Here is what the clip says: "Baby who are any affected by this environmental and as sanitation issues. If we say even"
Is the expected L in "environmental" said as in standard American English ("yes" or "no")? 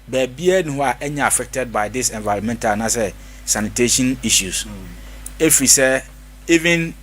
no